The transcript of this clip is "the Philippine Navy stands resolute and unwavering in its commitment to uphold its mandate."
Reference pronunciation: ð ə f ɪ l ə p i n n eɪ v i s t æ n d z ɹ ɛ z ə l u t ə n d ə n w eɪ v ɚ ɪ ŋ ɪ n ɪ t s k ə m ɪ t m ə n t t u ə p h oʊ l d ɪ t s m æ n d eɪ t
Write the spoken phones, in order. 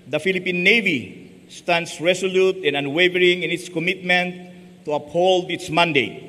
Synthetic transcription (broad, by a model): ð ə f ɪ l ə p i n n eɪ v i s t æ n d s ɹ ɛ s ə l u t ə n ə n w eɪ v ɚ ɪ ŋ ɪ n ɪ t s k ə m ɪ t m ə n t t u ə p h oʊ l d ɪ t s m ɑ n d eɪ t